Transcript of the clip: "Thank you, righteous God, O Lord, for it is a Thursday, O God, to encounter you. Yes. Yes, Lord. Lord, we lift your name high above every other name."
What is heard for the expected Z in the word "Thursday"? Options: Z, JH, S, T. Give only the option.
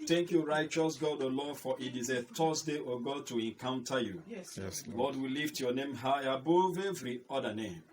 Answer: S